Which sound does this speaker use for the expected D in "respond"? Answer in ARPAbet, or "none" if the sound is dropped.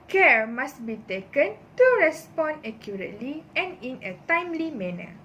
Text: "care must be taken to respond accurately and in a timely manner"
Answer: none